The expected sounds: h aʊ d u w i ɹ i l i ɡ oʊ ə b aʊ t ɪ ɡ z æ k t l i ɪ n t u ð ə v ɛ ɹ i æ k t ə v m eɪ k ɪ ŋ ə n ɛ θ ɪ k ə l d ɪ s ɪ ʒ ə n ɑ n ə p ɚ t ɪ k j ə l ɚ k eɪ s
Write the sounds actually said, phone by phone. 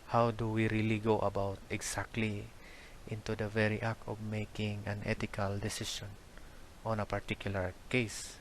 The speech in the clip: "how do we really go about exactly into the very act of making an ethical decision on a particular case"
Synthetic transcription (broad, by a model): h aʊ d u w i ɹ i l i ɡ oʊ ə b aʊ t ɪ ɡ s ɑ k t l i ɪ n t u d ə v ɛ ɹ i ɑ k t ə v m eɪ k ɪ ŋ ə n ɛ t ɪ k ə l d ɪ s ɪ ʃ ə n ɑ n ə p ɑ t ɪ k j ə l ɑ k eɪ s